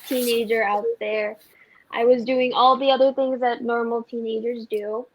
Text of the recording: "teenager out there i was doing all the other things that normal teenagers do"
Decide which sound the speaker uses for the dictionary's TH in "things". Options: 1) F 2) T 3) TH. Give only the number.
3